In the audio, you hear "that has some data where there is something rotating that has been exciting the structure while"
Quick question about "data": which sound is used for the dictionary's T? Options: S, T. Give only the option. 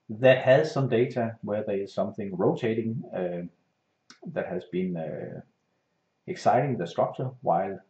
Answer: S